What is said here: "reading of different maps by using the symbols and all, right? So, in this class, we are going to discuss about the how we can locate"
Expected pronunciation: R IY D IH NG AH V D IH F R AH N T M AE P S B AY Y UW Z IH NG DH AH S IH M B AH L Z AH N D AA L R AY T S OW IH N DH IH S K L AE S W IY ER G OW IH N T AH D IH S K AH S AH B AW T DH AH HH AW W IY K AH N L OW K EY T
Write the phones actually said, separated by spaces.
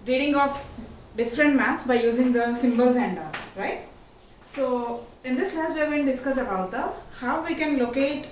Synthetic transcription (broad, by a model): R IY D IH NG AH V D IH F R AH N T M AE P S B AY Y UW Z IH NG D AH S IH M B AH L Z AH N D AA R AY T S OW IH N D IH S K L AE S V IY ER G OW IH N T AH D IH S K AH S AH B AW T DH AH HH AW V IY K AH N L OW K EY T